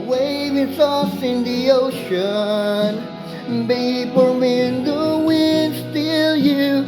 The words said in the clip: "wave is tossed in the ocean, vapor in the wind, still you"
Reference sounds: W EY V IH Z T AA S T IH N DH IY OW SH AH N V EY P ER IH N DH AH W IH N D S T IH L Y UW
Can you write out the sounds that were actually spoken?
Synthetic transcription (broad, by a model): W EY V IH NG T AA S IH N DH IY OW SH AH N B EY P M IH N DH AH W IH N S T IH L Y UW